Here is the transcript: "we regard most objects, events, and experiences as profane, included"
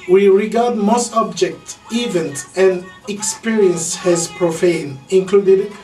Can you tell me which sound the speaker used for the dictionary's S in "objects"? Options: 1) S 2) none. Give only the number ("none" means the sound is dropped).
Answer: 2